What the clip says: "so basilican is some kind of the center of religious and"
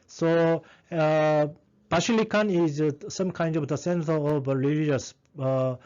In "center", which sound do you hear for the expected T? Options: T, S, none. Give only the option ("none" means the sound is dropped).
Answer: S